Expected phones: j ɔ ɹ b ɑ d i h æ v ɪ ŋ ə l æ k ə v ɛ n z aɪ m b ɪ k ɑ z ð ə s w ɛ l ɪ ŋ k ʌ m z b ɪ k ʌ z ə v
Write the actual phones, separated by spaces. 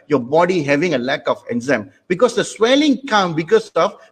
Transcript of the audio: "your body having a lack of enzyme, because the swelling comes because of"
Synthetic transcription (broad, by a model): j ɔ b ɑ d i h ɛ v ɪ ŋ ə l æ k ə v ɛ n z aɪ m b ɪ k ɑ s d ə s w ɛ l ɪ ŋ k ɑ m b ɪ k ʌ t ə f